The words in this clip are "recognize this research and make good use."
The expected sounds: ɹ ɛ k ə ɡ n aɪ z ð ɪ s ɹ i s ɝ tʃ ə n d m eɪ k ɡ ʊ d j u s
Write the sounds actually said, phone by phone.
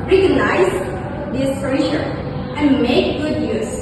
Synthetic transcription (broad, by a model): ɹ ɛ k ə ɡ n aɪ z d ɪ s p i ʃ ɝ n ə n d m eɪ k ɡ ʊ d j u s